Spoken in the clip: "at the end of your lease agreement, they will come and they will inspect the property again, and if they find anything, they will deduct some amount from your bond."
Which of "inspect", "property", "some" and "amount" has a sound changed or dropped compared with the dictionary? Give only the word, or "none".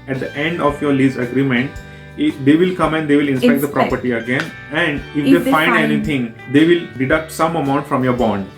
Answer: inspect